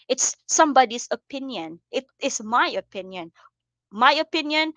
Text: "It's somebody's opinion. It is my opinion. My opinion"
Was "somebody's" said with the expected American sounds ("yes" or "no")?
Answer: no